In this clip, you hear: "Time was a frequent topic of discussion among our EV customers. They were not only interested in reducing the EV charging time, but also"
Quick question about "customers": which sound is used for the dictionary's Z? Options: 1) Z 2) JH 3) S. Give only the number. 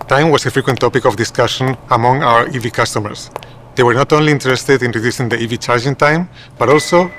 3